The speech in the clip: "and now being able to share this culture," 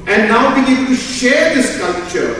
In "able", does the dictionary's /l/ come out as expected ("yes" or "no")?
no